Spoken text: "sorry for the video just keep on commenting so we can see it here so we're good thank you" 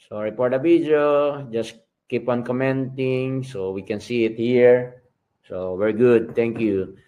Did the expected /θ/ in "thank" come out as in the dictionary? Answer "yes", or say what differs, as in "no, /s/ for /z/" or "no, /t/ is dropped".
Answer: no, /t/ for /θ/